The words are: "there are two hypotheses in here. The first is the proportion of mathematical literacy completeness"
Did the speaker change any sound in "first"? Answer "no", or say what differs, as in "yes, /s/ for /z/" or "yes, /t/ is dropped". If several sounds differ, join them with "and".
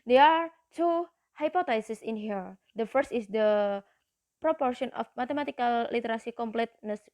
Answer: no